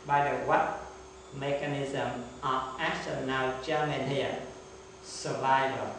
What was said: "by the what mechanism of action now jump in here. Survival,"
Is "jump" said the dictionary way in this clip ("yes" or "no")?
no